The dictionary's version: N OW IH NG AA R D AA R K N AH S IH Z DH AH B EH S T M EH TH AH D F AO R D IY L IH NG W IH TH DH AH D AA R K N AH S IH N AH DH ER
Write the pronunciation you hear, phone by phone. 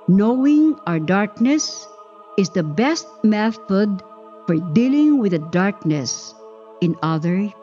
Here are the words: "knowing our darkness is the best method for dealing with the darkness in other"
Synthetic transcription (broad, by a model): N OW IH NG AA R D AA R K N AH S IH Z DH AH B EH S T M EH TH AH D F AO R D IY L IH NG W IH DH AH D AA R K N AH S IH N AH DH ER